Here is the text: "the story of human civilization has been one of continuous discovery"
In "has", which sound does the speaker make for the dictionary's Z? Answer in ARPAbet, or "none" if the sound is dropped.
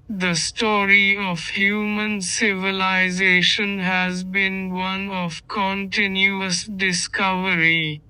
Z